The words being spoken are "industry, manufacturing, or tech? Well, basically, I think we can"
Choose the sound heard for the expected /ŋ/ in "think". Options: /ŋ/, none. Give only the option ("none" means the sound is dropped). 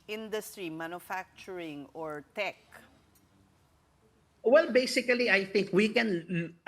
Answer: /ŋ/